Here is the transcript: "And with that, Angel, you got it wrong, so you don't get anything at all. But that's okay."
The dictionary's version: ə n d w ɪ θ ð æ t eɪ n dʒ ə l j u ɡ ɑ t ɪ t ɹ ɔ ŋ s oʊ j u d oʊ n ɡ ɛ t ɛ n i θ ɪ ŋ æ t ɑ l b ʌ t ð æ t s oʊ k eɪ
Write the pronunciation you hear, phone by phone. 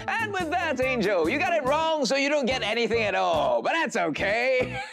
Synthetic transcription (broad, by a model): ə n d w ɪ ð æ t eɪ n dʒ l j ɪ ɡ ɑ t ɪ t ɹ ɔ ŋ s oʊ j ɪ d oʊ n ɡ ɛ t ɛ n i θ ɪ ŋ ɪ t ɑ l b ʌ t ð æ t s oʊ k eɪ